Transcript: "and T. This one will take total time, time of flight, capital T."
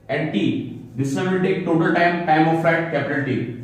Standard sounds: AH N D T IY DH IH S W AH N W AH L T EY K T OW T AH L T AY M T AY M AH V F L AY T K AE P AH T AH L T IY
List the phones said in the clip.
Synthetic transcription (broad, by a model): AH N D T IY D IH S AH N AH N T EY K T OW T AH L T AY M T AY M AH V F EH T K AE P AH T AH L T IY